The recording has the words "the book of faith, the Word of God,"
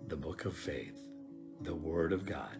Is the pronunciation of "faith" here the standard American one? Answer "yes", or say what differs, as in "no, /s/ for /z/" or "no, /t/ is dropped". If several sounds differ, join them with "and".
yes